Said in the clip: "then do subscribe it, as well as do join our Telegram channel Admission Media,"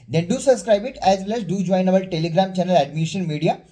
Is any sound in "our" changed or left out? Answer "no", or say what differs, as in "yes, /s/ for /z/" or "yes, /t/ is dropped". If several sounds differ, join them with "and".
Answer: yes, /l/ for /ɹ/